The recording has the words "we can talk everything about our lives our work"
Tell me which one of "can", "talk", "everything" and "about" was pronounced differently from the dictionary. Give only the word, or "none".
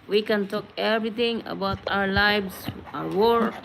everything